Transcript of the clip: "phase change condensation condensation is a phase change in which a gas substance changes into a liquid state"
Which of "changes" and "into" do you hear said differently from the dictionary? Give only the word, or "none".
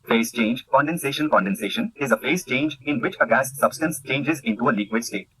none